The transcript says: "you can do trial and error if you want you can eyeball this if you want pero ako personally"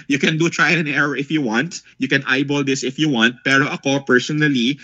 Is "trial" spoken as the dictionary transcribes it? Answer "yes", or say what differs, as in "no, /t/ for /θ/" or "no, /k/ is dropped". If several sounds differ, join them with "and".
no, /n/ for /l/